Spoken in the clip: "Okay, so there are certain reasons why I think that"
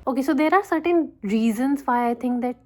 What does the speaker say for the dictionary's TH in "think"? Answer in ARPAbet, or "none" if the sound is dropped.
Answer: T